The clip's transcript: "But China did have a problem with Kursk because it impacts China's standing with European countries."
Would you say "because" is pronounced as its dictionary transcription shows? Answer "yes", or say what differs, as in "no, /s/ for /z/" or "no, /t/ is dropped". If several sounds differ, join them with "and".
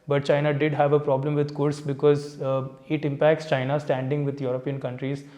yes